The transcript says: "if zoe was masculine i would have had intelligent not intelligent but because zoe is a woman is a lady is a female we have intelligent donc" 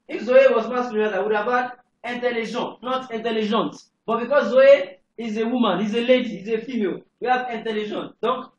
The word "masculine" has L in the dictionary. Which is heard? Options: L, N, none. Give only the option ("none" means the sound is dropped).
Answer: none